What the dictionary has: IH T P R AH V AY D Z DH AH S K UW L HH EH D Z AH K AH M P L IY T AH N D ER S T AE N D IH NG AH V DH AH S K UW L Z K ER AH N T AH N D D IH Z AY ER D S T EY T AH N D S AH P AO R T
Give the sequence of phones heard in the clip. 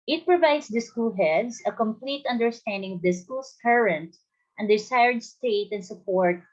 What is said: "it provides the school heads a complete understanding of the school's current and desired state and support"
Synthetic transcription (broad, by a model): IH T P R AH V AY D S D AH S K UW L HH EH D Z AH K AH M P L IY T AH N D ER S T AE N D IH NG AH V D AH S K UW L S K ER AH N T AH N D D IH S AY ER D S T EY T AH N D S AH P AO R T